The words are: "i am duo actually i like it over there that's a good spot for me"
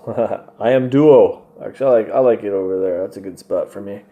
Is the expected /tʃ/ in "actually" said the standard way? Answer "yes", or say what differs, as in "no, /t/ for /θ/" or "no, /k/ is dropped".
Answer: no, /tʃ/ is dropped